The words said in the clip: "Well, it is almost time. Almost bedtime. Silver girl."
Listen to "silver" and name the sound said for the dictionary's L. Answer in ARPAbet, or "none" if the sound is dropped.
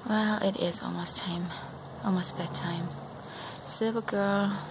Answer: none